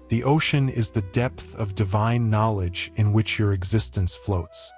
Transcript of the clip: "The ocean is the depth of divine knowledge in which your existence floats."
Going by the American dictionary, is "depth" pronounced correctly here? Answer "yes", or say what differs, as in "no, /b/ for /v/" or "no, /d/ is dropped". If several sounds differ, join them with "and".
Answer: yes